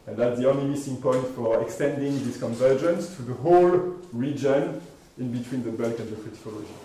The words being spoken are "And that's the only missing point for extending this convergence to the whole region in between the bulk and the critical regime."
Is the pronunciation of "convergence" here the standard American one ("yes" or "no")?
yes